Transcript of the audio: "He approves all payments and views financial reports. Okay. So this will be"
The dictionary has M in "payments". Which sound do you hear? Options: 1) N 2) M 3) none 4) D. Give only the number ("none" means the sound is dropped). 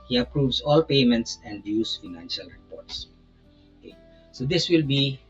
2